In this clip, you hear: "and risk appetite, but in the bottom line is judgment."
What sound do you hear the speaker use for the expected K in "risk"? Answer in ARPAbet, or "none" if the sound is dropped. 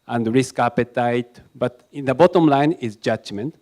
K